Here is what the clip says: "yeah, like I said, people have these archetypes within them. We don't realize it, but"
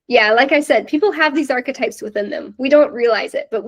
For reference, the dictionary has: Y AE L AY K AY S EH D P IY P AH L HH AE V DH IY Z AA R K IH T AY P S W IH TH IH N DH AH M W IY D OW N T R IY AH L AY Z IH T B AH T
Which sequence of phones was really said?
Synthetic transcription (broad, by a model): Y AE L AY K AY S EH D P IY P L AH V DH IY Z AA R K IH T AY P S W IH TH IH N DH AH M W IY D OW N T R IY AH L AY Z IH T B AH T